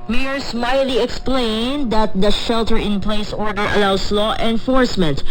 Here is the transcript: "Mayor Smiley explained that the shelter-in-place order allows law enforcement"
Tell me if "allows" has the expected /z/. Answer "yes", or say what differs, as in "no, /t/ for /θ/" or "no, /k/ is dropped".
no, /s/ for /z/